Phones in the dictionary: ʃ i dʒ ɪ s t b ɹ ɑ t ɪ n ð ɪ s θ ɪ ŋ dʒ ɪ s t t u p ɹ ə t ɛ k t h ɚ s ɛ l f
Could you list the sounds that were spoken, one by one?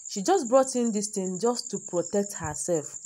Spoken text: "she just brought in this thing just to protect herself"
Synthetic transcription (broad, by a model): ʃ i dʒ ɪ s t b ɹ ɑ t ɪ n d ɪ s t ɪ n dʒ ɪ s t t u p ɹ ə t ɛ k t h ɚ s ɛ l f